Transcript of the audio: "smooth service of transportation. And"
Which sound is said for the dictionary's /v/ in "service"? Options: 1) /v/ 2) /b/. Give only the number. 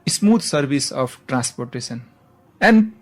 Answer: 2